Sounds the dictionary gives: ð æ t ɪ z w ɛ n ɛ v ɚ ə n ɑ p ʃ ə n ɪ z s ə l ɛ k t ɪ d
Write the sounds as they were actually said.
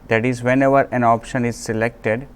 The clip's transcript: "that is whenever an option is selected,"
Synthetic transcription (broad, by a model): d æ t ɪ z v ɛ n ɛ v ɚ ə n ɑ p ʃ ə n ɪ z s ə l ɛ k t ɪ d